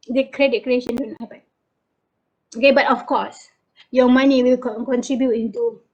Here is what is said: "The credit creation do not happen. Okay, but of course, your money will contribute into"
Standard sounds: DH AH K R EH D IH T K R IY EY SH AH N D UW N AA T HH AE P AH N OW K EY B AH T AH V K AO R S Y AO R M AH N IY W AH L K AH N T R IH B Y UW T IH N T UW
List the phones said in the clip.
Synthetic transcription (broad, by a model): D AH K R EH D IH T K R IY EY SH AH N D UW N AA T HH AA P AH OW K EY B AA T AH F K AO S Y AO M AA N IY W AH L K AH N T R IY B Y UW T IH N T UW